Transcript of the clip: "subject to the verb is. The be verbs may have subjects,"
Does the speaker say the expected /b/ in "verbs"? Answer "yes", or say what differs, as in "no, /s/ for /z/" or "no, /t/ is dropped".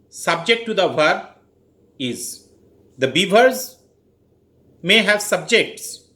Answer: no, /b/ is dropped